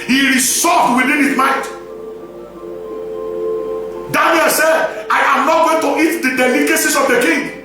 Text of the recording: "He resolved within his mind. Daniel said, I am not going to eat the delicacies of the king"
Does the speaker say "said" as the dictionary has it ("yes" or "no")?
yes